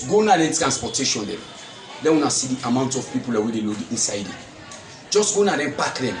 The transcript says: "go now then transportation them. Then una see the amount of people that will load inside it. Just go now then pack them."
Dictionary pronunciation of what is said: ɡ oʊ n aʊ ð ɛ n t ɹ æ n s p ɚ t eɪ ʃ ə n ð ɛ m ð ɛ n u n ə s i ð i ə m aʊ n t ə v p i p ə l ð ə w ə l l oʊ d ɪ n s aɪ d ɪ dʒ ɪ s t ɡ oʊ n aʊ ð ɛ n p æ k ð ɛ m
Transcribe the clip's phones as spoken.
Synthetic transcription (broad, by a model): ɡ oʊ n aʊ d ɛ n t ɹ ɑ n s p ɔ t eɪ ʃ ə n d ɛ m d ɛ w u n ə s i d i ə m aʊ n t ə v p i p ə l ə w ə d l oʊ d ɪ n s aɪ d ɪ dʒ ɪ s t ɡ oʊ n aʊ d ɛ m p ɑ k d ɛ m